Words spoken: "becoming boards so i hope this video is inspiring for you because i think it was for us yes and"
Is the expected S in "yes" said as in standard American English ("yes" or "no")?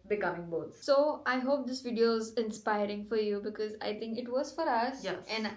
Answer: no